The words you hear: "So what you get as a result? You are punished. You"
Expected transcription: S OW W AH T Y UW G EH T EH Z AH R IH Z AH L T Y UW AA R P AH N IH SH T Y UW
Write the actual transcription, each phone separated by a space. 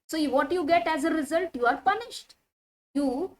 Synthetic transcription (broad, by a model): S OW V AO T Y UW G EH T EH Z AH R IH Z AH L T Y UW AA R P AH N IH SH T Y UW